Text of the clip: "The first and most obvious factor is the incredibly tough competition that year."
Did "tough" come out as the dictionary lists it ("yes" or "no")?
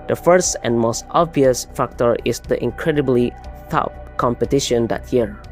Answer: no